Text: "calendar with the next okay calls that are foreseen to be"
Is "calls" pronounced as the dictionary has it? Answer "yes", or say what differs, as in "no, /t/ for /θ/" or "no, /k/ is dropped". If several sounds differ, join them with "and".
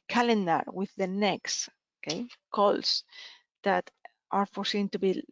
no, /s/ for /z/